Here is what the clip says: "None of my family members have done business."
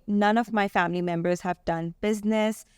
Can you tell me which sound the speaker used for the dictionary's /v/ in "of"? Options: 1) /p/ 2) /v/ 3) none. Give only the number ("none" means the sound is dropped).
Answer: 2